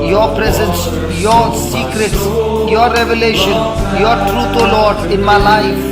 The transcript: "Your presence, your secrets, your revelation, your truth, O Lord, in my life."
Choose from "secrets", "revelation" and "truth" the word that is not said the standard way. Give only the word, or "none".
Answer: truth